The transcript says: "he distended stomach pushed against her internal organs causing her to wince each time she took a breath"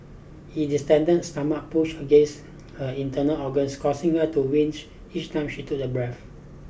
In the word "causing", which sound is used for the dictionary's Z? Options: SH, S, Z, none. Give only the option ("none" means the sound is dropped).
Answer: S